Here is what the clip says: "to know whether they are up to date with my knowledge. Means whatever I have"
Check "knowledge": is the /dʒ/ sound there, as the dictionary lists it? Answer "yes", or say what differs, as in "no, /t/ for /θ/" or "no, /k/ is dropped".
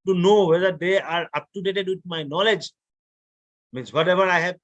yes